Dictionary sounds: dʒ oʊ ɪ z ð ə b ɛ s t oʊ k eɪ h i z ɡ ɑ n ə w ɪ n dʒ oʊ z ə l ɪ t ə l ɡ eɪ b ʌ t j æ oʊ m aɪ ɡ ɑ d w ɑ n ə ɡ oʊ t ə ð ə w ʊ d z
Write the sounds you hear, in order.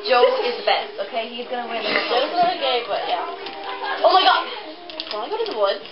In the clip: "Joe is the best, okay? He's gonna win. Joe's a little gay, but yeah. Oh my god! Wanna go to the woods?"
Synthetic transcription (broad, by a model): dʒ oʊ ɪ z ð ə b ɛ s t oʊ k eɪ h i z ɡ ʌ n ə w ɪ n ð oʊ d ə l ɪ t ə ɡ eɪ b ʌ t j æ oʊ m aɪ ɡ ɑ d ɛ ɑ ə ɡ oʊ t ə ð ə w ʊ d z